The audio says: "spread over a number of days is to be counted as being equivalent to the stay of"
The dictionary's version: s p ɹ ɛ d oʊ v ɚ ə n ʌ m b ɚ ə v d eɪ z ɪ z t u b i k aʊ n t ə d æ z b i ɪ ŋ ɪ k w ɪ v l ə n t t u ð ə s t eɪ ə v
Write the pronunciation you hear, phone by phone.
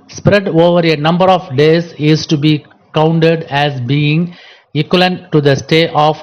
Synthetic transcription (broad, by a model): s p ɹ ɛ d oʊ v ɚ ə n ʌ m b ɚ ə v d eɪ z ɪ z t u b i k aʊ n t ə d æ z b i ɪ ŋ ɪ k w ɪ l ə n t t u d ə s t eɪ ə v